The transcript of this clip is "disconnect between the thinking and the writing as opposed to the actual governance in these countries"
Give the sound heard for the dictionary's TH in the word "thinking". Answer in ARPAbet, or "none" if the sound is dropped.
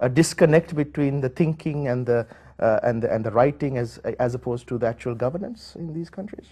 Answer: T